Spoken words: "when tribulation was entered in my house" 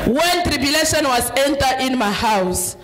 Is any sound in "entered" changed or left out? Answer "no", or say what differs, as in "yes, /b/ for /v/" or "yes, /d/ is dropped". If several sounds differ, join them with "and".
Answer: yes, /d/ is dropped